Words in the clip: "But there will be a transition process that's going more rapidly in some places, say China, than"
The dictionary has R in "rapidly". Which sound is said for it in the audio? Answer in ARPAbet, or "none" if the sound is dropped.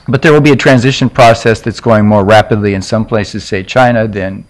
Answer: R